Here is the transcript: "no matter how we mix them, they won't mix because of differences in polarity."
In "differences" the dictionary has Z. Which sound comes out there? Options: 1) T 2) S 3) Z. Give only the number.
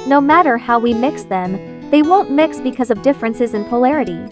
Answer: 3